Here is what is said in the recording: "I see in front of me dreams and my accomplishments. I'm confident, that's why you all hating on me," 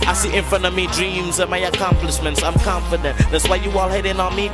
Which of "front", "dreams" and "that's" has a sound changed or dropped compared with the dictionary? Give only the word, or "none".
front